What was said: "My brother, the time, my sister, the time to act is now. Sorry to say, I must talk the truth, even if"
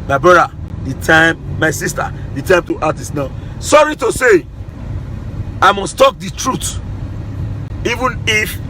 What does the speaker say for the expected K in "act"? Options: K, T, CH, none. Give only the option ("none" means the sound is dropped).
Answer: none